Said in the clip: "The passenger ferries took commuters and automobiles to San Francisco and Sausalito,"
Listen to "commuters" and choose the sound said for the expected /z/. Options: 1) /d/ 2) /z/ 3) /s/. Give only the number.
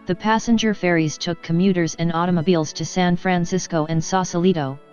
2